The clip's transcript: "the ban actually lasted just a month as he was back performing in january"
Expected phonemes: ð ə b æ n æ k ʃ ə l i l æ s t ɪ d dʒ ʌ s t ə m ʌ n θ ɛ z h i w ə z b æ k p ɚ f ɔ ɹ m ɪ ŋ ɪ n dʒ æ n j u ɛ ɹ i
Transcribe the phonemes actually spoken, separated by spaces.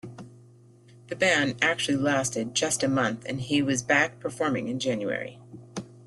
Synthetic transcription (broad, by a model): ð ə b æ n æ k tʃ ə l i l æ s t ɪ d dʒ ʌ s t ə m ʌ n θ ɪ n i w ə z b æ k p ɚ f ɔ ɹ m ɪ ŋ ɪ n dʒ æ n j u ɛ ɹ i